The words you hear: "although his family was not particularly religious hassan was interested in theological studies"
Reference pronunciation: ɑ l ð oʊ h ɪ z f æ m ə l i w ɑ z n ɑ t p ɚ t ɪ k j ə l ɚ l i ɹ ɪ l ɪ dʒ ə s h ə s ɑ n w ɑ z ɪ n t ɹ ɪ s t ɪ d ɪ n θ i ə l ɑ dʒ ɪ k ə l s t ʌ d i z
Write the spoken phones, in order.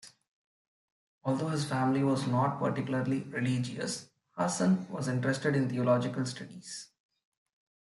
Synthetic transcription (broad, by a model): ɑ l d oʊ h ɪ z f æ m ə l i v ɑ z n ɑ t p ɚ t ɪ k j ə l ɚ l i ɹ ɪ l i dʒ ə s h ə s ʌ n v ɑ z ɪ n t ɹ ɪ s t ɪ d ɪ n t i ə l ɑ dʒ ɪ k ə l s t ʌ d i z